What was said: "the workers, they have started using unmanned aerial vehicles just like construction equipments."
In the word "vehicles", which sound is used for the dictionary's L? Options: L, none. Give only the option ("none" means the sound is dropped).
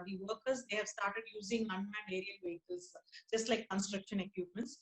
none